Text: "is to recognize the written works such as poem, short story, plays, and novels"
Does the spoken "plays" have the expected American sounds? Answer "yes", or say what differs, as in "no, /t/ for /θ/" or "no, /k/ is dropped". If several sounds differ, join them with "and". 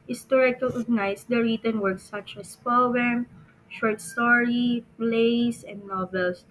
no, /s/ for /z/